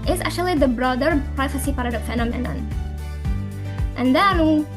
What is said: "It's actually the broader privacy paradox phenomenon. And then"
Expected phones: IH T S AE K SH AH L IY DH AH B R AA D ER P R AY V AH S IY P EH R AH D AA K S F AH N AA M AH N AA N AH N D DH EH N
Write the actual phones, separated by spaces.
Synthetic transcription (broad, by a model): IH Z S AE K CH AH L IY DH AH B R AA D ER P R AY F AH S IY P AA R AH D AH F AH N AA M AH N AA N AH N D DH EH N